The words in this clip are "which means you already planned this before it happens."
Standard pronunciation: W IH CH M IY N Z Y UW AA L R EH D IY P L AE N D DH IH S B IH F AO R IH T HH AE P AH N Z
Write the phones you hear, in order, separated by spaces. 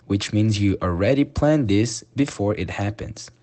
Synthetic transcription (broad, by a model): W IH CH M IY N Z Y AA L R EH D IY P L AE N DH IH S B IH F AO R IH T HH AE P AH N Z